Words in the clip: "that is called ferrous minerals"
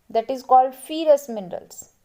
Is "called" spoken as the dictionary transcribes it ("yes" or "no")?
yes